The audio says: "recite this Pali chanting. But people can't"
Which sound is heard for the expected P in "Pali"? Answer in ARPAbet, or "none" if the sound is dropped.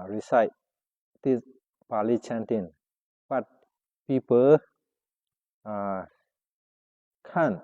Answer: B